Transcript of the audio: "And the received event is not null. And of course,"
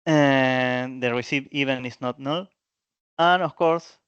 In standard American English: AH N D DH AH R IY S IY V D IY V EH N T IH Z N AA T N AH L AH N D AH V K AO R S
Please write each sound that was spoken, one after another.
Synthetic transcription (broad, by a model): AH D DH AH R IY S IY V IY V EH N IH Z N AA T N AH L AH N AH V K AO R S